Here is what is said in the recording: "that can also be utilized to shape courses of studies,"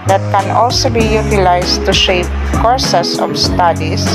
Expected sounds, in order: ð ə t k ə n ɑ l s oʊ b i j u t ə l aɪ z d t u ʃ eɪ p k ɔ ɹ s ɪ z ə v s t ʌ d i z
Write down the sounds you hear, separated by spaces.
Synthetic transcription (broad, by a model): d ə t k ə n ɑ l s oʊ b i j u t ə l aɪ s t u ʃ eɪ p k ɔ ɹ s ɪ s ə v s t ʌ d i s